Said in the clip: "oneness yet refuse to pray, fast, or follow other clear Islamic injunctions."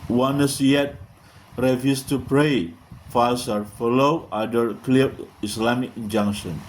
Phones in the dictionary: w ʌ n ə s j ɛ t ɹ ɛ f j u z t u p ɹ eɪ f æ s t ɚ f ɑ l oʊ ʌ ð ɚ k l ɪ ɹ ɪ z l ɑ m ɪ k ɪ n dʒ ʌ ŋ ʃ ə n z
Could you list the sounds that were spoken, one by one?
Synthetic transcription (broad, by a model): w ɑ n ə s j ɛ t ɹ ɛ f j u s t u p ɹ eɪ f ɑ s ɚ f ɑ l oʊ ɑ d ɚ k l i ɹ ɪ s l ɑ m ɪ k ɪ n dʒ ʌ ŋ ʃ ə n